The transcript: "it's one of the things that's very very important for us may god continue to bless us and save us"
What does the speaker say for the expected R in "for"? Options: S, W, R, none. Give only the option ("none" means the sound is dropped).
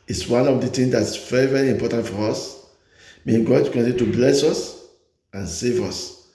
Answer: R